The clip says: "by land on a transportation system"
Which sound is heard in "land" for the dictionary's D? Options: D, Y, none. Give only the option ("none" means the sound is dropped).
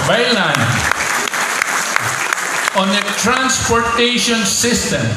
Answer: none